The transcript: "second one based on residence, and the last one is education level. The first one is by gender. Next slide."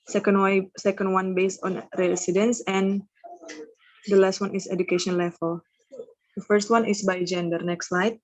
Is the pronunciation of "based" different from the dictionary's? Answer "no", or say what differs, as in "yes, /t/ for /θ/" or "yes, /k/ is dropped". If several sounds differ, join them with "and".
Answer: no